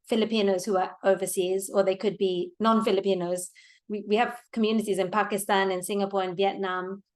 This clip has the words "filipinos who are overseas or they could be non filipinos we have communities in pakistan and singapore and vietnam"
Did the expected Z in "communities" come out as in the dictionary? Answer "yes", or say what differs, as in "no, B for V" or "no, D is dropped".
yes